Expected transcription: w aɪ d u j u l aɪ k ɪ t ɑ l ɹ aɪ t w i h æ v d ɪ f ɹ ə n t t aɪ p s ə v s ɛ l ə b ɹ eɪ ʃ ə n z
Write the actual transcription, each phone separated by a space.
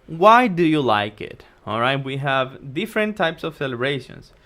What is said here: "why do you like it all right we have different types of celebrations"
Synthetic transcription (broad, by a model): w aɪ d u j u l aɪ k ɪ t ɑ l ɹ aɪ t w i h æ v d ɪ f ɹ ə n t t aɪ p s ə v s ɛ l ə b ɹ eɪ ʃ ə n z